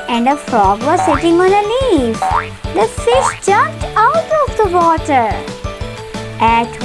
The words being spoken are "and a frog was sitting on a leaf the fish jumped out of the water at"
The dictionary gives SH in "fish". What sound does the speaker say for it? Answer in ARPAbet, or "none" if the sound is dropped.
S